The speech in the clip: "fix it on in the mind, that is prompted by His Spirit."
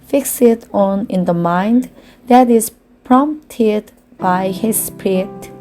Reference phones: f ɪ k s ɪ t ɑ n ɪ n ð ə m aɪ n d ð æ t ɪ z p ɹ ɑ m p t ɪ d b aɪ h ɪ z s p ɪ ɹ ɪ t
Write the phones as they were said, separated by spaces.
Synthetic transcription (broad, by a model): f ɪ k s ɪ t ɑ n ɪ n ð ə m aɪ n d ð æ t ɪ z p ɹ ɑ m p t ɪ d b aɪ h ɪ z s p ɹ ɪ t